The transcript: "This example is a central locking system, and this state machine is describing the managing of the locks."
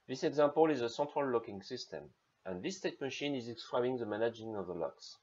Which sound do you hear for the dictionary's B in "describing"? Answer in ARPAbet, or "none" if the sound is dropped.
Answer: none